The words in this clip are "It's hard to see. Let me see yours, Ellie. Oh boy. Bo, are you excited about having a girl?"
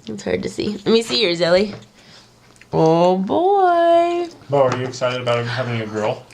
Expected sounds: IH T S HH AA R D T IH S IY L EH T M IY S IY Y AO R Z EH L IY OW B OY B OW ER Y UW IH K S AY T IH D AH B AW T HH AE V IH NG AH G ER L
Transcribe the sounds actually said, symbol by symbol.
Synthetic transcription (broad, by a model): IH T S HH AA R D T IH S IY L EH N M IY S IY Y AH R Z EH L IY OW B OY B OW ER Y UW IH K S AY T IH D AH B AW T HH AE V IH NG AH G ER L